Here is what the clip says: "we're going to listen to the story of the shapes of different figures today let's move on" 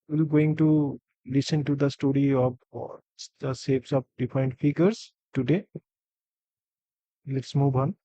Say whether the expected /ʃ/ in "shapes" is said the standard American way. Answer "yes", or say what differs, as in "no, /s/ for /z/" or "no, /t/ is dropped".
no, /s/ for /ʃ/